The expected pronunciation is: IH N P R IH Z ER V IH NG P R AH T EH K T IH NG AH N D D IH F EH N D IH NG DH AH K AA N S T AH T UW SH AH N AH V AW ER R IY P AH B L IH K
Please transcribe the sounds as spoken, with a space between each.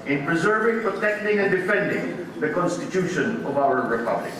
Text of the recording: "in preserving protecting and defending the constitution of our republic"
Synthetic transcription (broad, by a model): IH N P R IH Z ER V IH NG P R AH T EH K T IH NG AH N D D IH F EH N D IH NG DH AH K AA N S T AH T UW SH AH N AH V AW ER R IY P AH B L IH K